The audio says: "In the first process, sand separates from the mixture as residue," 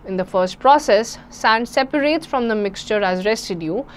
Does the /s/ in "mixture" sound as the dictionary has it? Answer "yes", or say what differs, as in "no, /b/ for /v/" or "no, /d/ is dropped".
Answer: yes